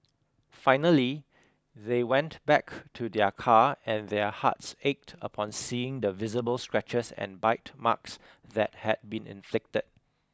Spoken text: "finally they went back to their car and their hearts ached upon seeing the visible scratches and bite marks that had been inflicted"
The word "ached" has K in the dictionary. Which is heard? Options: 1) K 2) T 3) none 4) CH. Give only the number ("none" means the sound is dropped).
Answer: 1